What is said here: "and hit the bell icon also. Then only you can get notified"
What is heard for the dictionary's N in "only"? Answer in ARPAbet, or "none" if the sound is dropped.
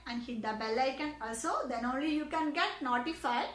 N